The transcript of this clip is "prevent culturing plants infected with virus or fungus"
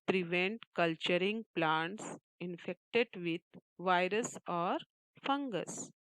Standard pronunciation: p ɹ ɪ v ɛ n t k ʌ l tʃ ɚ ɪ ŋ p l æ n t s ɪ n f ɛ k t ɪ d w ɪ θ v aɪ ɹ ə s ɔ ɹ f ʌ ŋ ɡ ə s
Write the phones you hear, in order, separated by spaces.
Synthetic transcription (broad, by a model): p ɹ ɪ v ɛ n t k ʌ l tʃ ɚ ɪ ŋ p l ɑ n t s ɪ n f ɛ k t ɪ d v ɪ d v aɪ ɹ ə s ɔ ɹ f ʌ ŋ ɡ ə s